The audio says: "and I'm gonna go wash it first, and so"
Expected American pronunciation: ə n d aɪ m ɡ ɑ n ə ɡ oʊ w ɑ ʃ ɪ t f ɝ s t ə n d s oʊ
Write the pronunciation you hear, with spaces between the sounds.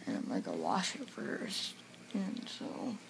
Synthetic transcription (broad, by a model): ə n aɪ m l ɑ ə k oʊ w ɑ ʃ ɪ t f ɝ s t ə n s oʊ